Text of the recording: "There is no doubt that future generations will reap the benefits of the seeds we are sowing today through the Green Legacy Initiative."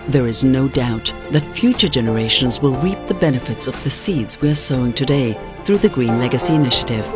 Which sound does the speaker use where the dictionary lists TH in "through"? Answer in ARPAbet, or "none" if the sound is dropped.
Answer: TH